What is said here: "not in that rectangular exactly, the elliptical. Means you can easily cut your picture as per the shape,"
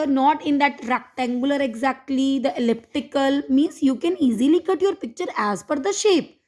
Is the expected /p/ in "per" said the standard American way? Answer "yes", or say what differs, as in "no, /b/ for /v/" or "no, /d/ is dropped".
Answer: no, /f/ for /p/